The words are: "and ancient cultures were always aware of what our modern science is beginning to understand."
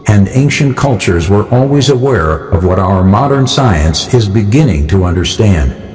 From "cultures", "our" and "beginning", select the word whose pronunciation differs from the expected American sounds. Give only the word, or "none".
none